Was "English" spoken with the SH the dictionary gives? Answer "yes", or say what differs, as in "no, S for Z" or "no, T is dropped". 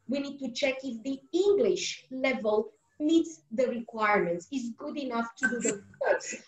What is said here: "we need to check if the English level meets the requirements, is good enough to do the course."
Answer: yes